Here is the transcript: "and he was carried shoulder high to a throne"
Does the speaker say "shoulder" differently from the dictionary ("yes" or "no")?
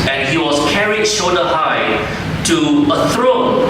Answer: yes